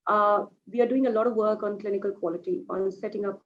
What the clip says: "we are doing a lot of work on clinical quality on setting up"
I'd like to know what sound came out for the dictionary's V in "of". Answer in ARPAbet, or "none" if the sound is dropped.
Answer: V